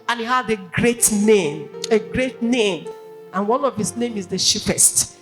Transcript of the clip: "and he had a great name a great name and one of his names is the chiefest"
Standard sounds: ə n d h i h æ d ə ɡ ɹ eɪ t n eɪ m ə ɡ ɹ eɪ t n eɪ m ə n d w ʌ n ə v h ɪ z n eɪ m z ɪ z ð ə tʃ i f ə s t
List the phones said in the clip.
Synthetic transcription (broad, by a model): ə n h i h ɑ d ə ɡ ɹ eɪ t n eɪ m ə ɡ ɹ eɪ t n eɪ m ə n w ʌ n ə v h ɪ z n eɪ m ɪ z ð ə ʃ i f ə s t